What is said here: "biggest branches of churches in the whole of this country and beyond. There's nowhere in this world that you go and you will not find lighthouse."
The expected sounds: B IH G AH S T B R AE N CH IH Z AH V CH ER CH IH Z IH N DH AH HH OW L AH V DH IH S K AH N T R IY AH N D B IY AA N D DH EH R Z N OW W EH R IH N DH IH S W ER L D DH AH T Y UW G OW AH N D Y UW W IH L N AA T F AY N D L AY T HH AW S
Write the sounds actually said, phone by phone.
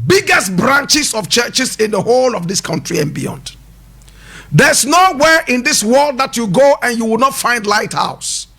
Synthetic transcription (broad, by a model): B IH G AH S T B R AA N CH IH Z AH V CH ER CH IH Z IH N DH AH HH OW L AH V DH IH S K AH N T R IY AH N B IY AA N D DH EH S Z N OW W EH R IH N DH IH S W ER L D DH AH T Y UW G OW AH N Y UW W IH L N AA T F AY N D L AY T HH AW S